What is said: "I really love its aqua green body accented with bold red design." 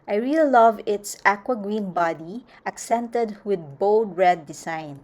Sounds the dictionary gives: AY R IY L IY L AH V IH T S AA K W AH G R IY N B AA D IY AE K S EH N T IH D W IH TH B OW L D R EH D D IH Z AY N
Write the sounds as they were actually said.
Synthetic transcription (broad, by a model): AY R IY L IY L AH V IH T S AA K W AH G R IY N B AA D IY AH K S EH N T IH D W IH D B OW L D R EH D D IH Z AY N